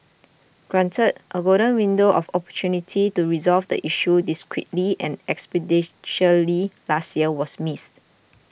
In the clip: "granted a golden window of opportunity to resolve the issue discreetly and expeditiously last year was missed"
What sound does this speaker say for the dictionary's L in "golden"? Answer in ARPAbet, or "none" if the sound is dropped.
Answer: none